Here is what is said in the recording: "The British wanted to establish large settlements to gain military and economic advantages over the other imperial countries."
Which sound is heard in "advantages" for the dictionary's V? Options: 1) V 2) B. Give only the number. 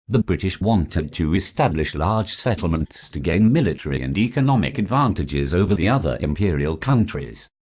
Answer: 1